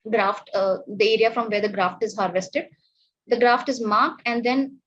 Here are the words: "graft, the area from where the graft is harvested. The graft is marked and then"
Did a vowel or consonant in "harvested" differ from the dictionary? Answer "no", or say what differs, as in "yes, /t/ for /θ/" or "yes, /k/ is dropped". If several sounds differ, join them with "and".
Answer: no